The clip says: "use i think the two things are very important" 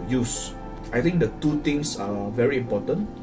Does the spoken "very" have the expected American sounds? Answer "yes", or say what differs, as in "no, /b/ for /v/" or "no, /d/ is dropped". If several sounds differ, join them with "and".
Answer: yes